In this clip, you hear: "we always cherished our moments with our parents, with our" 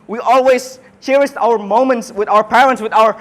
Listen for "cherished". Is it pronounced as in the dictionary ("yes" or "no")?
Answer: no